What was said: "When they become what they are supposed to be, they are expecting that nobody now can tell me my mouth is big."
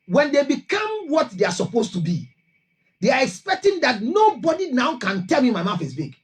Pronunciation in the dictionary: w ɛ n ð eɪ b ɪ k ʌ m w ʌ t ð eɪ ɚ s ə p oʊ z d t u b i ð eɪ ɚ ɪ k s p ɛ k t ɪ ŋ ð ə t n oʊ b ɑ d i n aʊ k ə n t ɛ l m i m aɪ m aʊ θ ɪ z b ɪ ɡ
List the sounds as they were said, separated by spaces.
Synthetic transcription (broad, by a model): w ɛ n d eɪ b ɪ k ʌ m w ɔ t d eɪ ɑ s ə p oʊ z t u b i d eɪ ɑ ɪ k s p ɛ k t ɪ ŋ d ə t n oʊ b ɑ d i n aʊ k ə n t ɛ l m i m aɪ m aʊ f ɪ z b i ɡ